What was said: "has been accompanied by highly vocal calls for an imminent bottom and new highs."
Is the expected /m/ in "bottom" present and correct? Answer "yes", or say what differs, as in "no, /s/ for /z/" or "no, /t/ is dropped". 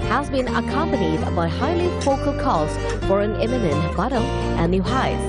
no, /m/ is dropped